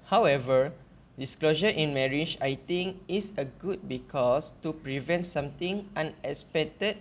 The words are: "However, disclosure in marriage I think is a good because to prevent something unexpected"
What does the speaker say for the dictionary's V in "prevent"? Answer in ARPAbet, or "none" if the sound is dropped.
V